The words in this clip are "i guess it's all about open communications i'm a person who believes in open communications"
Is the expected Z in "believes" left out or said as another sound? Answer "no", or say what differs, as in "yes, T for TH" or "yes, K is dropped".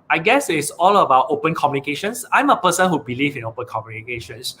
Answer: yes, Z is dropped